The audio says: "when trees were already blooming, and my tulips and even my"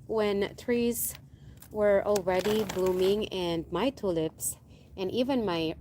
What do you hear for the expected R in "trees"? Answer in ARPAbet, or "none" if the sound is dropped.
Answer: R